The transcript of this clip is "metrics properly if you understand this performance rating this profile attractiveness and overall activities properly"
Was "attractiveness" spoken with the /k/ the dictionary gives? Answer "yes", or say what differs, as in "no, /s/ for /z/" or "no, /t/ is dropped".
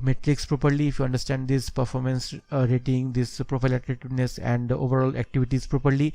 no, /k/ is dropped